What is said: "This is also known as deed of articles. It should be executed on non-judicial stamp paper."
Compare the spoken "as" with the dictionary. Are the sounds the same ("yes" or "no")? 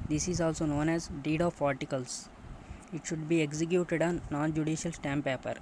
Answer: yes